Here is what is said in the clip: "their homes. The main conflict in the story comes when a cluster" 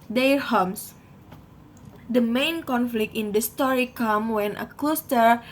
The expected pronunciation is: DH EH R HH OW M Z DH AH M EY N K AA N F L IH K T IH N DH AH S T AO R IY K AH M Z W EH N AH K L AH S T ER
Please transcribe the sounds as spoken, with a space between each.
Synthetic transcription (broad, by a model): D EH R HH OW M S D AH M EY N K AA N F L IH K T IH N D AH S T AO R IY K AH M W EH N AH K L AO S T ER